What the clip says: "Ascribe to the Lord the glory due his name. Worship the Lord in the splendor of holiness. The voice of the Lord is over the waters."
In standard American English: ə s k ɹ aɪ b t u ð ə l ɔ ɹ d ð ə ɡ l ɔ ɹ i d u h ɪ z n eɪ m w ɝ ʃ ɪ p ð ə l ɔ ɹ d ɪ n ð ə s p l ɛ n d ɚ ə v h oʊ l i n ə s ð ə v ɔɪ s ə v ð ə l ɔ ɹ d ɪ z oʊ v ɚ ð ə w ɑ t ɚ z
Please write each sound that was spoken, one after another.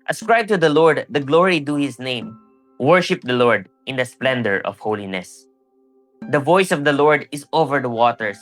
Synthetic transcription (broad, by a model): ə s k ɹ aɪ b t u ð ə l ɔ ɹ d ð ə ɡ l ɔ ɹ i d u h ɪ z n eɪ m w ɝ ʃ ɪ p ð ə l ɔ ɹ d ɪ n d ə s p l ɛ n d ɚ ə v h oʊ l i n ə s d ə v ɔɪ s ə v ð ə l ɔ ɹ d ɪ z oʊ v ɚ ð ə w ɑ t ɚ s